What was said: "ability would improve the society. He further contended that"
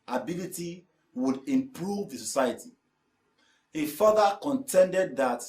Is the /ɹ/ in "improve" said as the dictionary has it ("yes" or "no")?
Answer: yes